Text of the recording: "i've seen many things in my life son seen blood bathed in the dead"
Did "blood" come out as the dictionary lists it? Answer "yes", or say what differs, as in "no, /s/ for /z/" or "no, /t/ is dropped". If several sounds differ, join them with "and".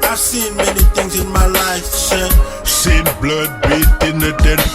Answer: yes